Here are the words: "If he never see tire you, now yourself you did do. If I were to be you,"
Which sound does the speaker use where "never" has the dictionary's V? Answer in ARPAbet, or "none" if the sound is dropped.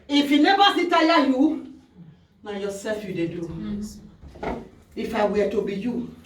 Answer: B